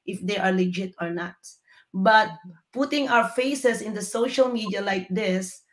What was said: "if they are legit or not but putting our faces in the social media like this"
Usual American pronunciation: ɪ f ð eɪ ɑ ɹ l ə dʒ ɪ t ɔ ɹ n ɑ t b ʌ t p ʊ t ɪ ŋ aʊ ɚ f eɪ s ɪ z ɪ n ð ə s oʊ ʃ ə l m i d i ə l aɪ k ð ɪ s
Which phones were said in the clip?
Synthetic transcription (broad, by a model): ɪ f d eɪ ɑ ɹ l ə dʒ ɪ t ɔ ɹ n ɑ t b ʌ t p ʊ t ɪ ŋ aʊ ɚ f eɪ s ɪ s ɪ n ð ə s oʊ ʃ ə l m i d i ə l aɪ k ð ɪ s